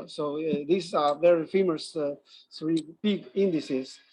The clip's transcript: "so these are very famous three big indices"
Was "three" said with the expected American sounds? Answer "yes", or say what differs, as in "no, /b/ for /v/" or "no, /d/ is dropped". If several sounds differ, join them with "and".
no, /s/ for /θ/